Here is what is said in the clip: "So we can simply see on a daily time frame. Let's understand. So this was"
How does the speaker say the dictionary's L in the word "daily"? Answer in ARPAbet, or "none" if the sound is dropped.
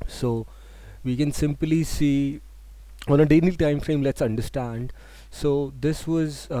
N